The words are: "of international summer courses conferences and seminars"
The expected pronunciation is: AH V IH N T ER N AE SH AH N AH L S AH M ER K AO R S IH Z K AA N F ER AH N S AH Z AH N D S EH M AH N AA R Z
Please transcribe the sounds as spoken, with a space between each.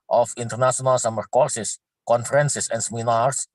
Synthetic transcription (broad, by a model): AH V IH N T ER N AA S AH N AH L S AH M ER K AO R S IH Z K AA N F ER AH N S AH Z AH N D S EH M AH N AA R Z